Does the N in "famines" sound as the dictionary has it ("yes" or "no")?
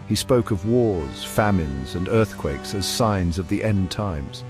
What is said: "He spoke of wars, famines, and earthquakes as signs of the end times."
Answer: yes